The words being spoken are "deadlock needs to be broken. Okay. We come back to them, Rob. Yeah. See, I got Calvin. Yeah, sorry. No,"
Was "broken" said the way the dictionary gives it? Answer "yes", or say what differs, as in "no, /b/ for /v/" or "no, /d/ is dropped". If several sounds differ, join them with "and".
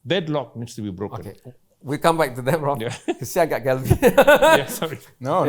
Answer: no, /n/ is dropped